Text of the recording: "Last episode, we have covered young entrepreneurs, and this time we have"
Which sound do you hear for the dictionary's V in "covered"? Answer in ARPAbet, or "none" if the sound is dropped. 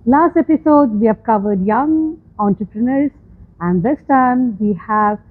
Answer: V